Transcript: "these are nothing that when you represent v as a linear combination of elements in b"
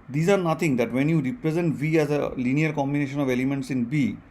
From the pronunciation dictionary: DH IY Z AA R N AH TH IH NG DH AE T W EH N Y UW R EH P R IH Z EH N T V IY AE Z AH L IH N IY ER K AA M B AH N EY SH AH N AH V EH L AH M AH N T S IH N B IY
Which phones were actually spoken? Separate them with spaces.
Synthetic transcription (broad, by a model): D IY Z AA R N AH T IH NG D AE T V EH N Y UW R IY P R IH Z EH N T V IY AE Z AH L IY N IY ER K AA M B AH N EY SH AH N AH V EH L AH M AH N T S IH N B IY